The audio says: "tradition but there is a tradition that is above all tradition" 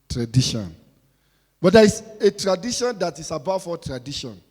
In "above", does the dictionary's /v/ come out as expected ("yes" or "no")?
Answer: no